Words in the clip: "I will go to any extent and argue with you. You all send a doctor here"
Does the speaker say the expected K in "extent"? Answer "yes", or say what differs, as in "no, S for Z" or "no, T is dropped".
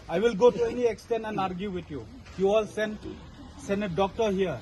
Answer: yes